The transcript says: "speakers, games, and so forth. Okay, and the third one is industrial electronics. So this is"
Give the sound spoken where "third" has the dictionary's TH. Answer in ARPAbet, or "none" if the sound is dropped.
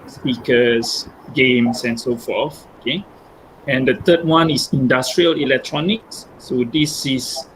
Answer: T